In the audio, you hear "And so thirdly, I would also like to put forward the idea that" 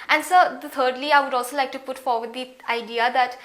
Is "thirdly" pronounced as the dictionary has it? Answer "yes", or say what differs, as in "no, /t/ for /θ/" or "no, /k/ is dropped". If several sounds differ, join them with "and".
no, /t/ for /θ/